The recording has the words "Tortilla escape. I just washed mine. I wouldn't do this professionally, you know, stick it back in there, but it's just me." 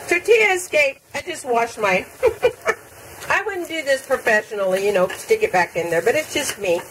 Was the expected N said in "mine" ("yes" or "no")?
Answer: no